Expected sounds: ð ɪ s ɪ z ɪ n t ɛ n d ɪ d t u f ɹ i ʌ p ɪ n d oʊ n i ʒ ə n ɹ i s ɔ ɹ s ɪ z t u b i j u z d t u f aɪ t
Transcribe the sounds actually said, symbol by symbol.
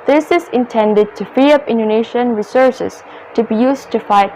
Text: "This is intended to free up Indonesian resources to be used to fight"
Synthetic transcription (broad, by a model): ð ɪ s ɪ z ɪ n t ɛ n d ɪ d t u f i ʌ p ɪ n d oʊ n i ʃ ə n ɹ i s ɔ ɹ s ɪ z t u b i j u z t u f aɪ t